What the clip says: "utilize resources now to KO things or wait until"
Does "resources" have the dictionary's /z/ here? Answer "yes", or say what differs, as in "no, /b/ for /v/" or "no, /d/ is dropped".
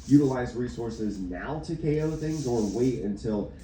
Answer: yes